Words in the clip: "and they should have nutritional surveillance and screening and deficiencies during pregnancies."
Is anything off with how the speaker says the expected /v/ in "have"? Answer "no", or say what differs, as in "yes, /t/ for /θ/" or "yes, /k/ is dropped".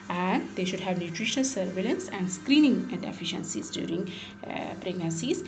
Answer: no